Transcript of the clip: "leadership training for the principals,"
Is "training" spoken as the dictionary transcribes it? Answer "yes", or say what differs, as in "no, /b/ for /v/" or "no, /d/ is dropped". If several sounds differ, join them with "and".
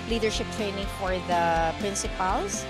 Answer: yes